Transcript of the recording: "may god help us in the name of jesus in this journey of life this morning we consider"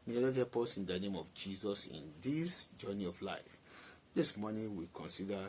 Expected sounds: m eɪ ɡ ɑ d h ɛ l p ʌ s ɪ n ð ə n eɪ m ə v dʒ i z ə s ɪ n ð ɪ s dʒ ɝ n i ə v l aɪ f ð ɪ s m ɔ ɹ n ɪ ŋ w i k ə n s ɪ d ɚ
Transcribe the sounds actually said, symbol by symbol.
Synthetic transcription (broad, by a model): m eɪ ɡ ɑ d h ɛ p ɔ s ɪ n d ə n eɪ m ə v dʒ i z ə s ɪ n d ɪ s dʒ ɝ n i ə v l aɪ f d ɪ s m ɔ n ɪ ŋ w i k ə n s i d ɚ